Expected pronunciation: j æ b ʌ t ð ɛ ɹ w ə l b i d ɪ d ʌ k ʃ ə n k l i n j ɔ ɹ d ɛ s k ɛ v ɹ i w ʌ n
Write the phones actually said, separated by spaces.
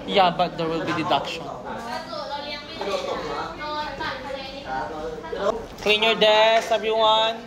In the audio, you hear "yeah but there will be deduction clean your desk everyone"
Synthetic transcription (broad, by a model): j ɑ b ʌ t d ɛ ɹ w ə l b i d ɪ d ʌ k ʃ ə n k l i n j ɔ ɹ d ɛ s ɛ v ɹ i w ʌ n